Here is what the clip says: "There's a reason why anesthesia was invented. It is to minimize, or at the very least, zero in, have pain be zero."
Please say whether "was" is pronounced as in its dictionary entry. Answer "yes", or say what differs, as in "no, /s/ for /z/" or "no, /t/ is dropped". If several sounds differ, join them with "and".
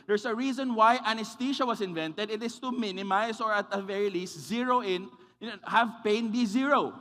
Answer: no, /s/ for /z/